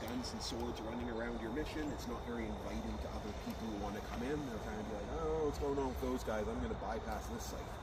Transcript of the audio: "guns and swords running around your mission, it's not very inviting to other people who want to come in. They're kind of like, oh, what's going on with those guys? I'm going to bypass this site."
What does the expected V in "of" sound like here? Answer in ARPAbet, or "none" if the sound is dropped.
B